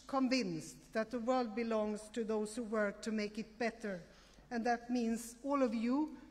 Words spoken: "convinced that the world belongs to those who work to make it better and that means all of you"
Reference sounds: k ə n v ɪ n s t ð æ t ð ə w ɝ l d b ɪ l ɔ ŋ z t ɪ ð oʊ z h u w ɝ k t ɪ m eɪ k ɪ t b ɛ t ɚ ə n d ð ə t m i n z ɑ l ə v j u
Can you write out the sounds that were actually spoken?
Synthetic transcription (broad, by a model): k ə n v ɪ n s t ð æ t ð ə w ɝ l d b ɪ l ɔ ŋ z t ɪ ð oʊ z h u w ɝ k t ɪ m eɪ k ɪ t b ɛ t ɚ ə n ð ə t m i n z ɑ l ə v j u